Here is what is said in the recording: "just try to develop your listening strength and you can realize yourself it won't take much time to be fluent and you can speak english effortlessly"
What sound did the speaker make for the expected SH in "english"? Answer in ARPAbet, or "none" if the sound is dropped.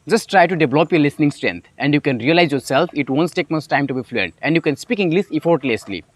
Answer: S